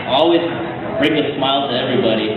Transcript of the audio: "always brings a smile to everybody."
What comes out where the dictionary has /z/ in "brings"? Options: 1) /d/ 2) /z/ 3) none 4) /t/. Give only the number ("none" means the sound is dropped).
3